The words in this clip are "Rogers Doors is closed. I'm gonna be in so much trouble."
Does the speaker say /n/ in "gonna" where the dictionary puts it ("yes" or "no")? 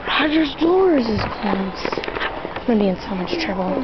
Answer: no